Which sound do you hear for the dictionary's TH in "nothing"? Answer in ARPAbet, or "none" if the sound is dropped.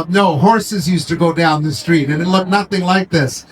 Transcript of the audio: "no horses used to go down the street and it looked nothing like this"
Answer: TH